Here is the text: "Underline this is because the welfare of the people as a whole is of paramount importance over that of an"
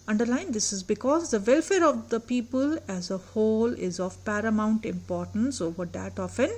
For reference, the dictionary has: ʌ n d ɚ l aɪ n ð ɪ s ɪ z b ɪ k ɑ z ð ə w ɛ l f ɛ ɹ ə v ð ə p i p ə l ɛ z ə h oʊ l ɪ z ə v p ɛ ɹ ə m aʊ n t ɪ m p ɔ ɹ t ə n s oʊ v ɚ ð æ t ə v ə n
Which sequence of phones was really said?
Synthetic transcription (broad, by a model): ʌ n d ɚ l aɪ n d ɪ s ɪ z b ɪ k ɑ z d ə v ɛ l f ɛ ɹ ə v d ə p i p ə l ɛ z ə h oʊ l ɪ z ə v p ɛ ɹ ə m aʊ n t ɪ m p ɔ ɹ t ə n s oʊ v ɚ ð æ t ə f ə n